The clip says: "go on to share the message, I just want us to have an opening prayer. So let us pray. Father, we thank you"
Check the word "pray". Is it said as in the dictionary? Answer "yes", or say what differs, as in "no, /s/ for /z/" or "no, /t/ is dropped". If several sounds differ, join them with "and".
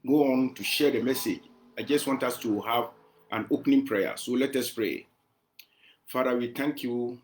yes